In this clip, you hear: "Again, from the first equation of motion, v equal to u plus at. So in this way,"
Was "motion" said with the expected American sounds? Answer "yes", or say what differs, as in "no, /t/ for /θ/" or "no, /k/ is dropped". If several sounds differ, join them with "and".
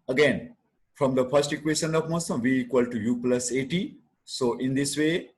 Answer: no, /s/ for /ʃ/